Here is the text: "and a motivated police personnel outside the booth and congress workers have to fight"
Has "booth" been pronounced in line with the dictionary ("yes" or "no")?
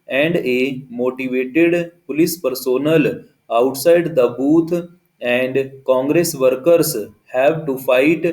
no